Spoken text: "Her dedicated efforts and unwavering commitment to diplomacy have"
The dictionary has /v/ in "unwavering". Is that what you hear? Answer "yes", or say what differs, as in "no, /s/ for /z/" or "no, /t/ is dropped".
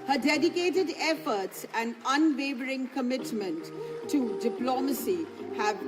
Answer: no, /b/ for /v/